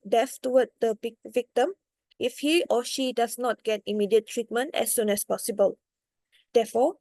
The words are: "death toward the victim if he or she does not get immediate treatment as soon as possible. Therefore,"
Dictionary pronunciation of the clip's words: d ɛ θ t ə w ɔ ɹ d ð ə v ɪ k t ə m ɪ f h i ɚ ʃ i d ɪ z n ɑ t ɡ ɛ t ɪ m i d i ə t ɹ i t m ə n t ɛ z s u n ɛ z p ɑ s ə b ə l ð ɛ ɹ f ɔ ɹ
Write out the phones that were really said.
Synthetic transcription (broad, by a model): d ɛ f t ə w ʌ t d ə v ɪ k t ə m ɪ f h i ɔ ʃ i d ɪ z n ɑ t ɡ ɛ t ɪ m i d i ə t ɹ i t m ə n t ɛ s u n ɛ s p ɑ s ə b ə l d ɛ f ɔ